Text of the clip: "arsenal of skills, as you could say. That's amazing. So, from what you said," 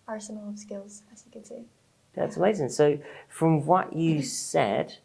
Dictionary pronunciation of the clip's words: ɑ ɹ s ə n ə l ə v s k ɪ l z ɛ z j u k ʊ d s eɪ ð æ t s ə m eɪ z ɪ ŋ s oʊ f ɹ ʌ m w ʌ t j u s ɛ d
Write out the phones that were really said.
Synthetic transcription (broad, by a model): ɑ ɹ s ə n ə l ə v s k ɪ l z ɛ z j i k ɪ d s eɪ ð æ t s ə m eɪ z ɪ ŋ s oʊ f ɹ ʌ m w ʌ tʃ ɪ s ɛ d